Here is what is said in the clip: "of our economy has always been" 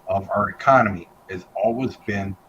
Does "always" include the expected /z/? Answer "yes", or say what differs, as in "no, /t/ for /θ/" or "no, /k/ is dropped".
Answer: yes